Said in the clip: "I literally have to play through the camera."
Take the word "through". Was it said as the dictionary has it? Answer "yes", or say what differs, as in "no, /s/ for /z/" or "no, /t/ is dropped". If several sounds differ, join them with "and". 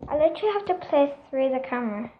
no, /s/ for /θ/